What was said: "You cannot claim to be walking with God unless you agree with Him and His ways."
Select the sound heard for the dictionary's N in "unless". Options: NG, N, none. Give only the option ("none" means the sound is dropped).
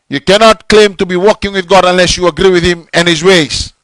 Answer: N